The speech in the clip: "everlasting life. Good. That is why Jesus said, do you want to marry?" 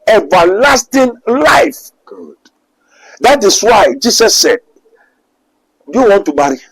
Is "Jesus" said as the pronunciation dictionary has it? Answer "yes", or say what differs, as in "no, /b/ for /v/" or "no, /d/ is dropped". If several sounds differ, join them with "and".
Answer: no, /s/ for /z/